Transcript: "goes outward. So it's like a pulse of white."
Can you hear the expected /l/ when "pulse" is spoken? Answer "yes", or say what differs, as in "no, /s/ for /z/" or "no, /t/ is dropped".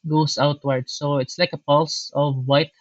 yes